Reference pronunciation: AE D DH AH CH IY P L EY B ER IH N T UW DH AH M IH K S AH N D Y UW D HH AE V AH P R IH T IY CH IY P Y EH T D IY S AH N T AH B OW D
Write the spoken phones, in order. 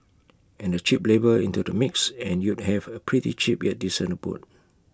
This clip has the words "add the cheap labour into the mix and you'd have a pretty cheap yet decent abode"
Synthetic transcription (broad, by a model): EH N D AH CH IY P L EY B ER IH N T UW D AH M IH K S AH N Y UW D HH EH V AH P R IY T IY CH IY P Y EH T D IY S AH N AH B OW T